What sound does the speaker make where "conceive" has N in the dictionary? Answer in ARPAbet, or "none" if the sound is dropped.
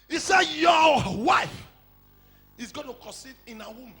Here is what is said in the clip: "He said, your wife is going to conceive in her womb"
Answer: none